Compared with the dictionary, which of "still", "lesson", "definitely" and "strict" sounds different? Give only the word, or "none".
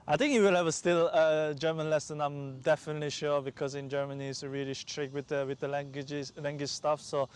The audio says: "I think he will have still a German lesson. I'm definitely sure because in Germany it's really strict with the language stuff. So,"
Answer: strict